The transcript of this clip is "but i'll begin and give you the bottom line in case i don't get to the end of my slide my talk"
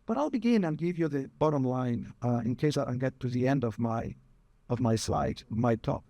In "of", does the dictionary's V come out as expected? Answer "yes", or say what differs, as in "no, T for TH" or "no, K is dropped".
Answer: yes